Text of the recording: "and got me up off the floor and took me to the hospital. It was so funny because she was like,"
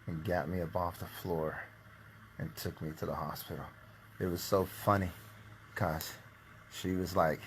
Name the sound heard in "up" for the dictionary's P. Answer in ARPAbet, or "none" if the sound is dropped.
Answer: B